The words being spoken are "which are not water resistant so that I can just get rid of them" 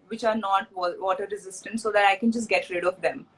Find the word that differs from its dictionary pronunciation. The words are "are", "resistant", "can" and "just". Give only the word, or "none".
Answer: none